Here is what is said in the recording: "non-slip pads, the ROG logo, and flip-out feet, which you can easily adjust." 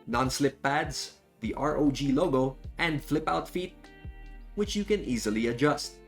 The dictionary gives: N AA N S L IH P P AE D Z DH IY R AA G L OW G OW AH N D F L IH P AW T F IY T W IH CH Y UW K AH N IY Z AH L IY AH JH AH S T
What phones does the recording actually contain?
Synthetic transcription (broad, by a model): N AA N S L IH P P AE D Z DH IY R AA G L OW G OW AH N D F L IH P AW T F IY T W IH CH Y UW K AH N IY Z AH L IY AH JH AH S T